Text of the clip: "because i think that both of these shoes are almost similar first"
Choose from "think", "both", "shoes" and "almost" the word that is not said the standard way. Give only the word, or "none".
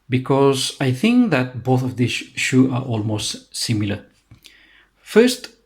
shoes